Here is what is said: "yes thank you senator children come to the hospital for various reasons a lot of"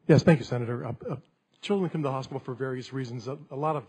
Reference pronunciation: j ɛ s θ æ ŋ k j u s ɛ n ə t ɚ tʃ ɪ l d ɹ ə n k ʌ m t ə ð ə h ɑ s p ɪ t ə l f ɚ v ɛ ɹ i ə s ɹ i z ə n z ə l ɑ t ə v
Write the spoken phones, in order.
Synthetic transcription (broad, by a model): j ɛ s θ æ ŋ k j u s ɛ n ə t ɚ tʃ ɪ l d ɹ ə n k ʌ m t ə ð ə h ɑ s p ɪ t l f ɚ v ɛ ɹ i ə s ɹ i z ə n z ə l ɑ t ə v